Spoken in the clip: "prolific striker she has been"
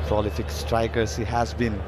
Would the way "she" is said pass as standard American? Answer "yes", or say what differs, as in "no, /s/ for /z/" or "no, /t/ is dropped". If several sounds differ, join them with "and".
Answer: no, /s/ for /ʃ/